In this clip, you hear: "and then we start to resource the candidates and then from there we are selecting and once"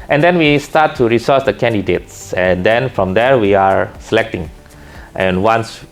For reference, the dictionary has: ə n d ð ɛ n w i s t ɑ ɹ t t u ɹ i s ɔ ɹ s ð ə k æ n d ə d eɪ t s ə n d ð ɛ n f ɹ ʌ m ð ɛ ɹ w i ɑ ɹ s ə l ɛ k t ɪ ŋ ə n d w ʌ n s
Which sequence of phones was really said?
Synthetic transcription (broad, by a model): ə n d ɛ n w i s t ɑ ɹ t t u ɹ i s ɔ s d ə k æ n d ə d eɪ t s ə n d ɛ n f ɹ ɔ m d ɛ ɹ w i ɑ ɹ s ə l ɛ k t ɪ ŋ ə n w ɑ n s